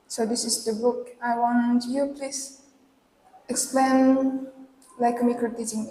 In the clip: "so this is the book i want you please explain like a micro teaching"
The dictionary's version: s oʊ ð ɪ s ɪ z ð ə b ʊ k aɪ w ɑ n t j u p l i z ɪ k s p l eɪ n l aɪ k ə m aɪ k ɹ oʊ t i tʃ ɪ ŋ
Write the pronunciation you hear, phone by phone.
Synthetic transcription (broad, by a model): s oʊ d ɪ s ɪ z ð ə b ʊ k aɪ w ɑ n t j u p l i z ɪ k s p l eɪ n l aɪ k ə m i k oʊ t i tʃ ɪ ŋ